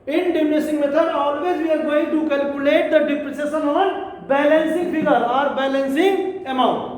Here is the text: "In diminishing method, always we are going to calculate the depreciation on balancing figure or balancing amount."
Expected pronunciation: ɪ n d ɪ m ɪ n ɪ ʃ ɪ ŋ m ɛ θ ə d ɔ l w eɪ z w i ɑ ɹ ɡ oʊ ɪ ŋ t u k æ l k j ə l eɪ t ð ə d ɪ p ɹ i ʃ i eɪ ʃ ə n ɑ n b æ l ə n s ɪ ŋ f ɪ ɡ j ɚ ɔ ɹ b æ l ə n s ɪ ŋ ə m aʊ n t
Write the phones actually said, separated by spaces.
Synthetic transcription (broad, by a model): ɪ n d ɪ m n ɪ s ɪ ŋ m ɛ t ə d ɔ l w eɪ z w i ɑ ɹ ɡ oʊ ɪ t u k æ l k j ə l eɪ t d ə d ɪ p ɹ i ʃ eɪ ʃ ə n ɑ n b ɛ l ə n s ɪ ŋ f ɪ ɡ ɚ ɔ ɹ b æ l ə n s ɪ ŋ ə m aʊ n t